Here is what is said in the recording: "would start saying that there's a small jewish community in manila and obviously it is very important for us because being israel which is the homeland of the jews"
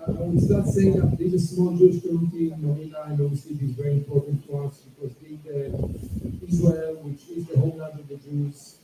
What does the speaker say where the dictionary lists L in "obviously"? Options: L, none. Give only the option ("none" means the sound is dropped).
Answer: L